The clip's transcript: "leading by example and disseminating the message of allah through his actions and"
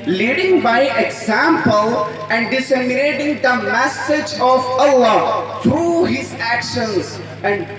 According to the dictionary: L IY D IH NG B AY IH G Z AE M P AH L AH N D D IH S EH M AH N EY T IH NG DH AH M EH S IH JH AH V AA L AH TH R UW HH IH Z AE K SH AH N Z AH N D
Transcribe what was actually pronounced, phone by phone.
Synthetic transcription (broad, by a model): L IY D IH NG B AY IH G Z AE M P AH L AH N D D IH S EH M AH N EY T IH NG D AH M EH S IH JH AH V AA L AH T R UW HH IH Z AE K SH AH N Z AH N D